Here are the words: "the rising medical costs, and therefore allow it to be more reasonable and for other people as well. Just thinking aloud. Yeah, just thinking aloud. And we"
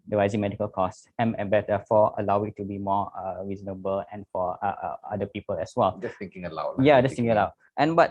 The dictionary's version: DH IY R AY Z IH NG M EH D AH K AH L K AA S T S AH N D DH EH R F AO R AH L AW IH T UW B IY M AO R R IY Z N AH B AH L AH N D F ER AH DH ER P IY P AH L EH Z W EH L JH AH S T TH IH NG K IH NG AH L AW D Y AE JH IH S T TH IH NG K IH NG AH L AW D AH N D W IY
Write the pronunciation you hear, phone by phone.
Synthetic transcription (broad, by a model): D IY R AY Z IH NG M EH D AH K AH L K AA S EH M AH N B EH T F AO AH L AW IH T UW B IY M AO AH R IY Z N AH B AH L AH N F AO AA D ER P IY P AH L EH S W EH L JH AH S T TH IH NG K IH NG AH L AW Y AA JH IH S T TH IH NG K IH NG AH L AW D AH N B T